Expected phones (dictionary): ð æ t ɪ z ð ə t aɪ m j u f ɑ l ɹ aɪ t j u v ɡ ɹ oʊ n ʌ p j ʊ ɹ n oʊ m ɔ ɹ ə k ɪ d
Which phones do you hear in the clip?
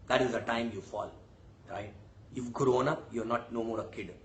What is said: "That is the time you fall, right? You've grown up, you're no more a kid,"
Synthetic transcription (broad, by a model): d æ t ɪ z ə t aɪ m j u f ɑ l ɹ aɪ t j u f ɡ ɹ oʊ n ʌ p j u ɹ n oʊ m ɔ ɹ ə k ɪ d